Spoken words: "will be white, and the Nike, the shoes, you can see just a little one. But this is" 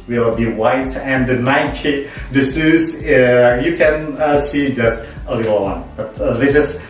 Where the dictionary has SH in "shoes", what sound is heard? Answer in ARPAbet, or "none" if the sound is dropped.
S